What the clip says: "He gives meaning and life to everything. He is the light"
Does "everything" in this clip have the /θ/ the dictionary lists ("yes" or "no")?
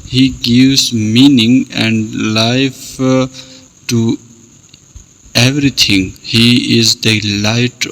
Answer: no